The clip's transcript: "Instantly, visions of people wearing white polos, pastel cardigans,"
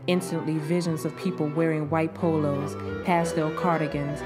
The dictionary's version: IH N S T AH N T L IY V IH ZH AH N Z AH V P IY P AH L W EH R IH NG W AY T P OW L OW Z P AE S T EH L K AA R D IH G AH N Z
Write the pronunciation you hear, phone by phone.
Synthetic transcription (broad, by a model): IH N S T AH N T L IY V IH ZH AH N Z AH V P IY P L W EH R IH NG W AY T P OW L OW Z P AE S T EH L K AA R D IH G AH N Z